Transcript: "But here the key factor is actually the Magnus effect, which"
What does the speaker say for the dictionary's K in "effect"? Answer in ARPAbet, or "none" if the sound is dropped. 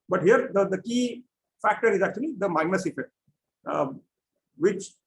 none